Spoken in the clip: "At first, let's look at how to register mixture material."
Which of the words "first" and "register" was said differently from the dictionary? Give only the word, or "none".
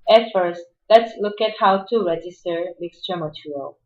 none